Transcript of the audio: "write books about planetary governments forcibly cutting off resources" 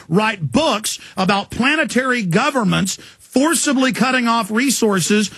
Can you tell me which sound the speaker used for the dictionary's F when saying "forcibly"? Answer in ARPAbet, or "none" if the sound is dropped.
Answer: F